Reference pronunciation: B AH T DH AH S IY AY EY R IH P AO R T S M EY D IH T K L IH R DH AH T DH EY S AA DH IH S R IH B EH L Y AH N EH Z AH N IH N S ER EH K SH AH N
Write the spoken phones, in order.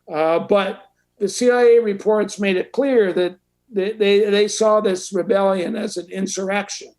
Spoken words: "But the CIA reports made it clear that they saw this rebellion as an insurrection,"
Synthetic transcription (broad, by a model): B AH T DH AH S IY AY EY R IH P AO R T S M EY D IH T K L IH R DH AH T DH EY S AA DH IH S R IH B EH L Y AH N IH Z AH N IH N S ER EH K SH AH N